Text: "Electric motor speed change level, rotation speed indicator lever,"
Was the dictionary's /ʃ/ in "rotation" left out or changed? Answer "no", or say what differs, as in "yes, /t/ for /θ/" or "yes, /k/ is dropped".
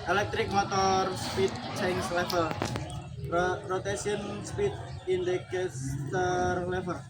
yes, /s/ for /ʃ/